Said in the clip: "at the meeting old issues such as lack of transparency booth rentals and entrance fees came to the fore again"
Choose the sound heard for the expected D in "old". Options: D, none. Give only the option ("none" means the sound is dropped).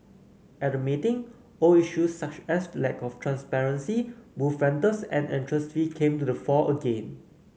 none